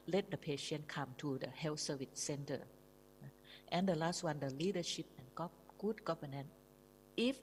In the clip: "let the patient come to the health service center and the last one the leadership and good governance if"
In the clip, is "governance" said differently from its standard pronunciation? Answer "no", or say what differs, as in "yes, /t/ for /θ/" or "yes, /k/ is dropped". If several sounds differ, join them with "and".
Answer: yes, /s/ is dropped